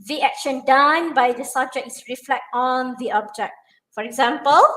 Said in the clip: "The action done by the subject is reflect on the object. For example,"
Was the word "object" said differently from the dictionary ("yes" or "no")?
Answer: no